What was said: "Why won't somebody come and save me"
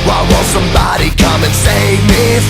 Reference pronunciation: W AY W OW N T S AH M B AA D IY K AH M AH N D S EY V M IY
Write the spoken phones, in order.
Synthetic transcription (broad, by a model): W AY W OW L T S AH M B AA D IY K AH M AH N S EY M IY